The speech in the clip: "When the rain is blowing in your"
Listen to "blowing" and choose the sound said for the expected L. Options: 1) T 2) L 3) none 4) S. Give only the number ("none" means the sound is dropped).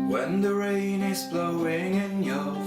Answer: 2